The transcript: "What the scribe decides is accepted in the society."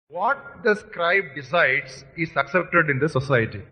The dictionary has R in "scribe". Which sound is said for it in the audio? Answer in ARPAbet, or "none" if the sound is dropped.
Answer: R